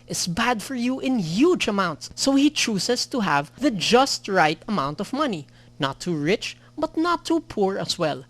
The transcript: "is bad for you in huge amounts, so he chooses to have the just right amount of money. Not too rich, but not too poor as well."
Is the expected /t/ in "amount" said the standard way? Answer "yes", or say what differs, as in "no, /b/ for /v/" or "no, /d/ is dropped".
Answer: yes